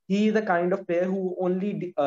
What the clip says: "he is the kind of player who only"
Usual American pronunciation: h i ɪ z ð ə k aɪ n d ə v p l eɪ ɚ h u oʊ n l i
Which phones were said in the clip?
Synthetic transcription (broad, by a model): h i ɪ z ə k aɪ n d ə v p eɪ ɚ h u oʊ n l i